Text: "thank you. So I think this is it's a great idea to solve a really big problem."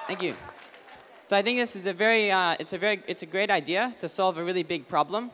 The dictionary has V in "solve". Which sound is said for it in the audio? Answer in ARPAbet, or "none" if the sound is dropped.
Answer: V